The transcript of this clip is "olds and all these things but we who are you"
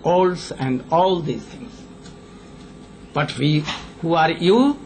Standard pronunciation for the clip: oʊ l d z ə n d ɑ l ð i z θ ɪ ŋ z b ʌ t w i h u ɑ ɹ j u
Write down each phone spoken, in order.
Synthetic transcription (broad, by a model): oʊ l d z ə n d ɑ l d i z t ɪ ŋ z b ʌ t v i h u ɑ ɹ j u